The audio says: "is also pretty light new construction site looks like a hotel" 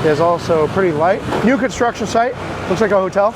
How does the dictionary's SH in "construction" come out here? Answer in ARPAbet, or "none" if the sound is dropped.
SH